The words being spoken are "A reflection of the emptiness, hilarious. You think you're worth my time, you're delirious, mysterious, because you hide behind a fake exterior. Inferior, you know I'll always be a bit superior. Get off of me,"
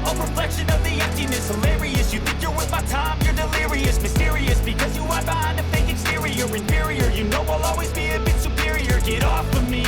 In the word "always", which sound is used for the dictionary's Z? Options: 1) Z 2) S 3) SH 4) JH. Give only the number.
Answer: 1